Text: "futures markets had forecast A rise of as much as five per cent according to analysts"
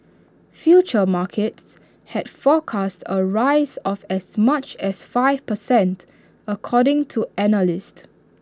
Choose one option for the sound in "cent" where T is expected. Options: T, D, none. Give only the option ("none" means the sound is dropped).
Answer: T